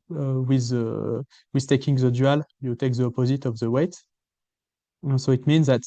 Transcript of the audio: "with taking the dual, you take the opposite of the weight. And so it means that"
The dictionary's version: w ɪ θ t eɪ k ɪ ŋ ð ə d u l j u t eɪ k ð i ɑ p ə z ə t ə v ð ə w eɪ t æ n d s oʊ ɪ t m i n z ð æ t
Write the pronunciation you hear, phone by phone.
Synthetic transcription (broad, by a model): w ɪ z t eɪ k ɪ ŋ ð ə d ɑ l j u t eɪ k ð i ɑ p ə z ə t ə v ð ə w eɪ t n s oʊ ɪ t m i n z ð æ t